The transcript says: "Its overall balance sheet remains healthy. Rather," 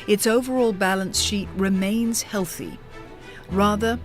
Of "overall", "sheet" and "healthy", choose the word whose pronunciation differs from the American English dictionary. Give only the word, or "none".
none